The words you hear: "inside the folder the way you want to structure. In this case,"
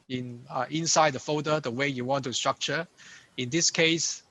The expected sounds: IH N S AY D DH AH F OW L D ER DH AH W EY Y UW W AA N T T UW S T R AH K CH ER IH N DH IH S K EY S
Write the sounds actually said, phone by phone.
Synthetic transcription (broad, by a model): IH N S AY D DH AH F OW D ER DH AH W EY Y UW W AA N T T UW S T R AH K CH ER IH N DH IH S K EY S